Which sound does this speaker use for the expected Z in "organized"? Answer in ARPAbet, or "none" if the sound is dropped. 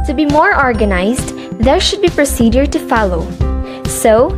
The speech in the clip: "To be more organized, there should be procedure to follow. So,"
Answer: Z